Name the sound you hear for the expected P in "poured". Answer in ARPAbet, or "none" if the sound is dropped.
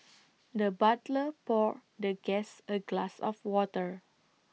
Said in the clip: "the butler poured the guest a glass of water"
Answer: P